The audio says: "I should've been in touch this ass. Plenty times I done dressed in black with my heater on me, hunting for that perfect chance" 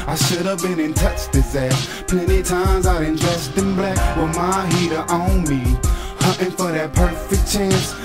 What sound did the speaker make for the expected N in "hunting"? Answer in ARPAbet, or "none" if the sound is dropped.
none